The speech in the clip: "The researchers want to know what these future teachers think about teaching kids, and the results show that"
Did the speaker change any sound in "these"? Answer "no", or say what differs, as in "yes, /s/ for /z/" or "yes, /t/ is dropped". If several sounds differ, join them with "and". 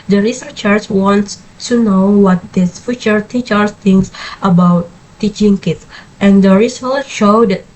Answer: yes, /s/ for /z/